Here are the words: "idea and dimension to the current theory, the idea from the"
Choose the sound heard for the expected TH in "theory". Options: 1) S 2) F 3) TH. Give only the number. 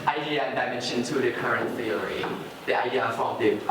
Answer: 2